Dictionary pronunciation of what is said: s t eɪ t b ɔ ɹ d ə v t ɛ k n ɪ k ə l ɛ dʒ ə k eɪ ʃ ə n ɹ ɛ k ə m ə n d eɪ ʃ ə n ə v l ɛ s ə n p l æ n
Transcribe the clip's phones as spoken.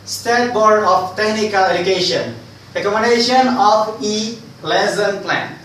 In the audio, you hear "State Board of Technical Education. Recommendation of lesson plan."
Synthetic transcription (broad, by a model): s t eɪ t b ɔ ɹ d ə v t ɛ k n ɪ k ə l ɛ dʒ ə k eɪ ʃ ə n ɹ ɛ k ə m ə n d eɪ ʃ ə n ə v l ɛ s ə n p l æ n